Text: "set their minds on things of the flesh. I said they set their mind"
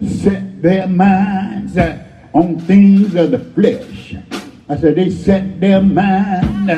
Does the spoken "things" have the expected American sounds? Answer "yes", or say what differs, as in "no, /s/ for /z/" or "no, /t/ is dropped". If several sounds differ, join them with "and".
yes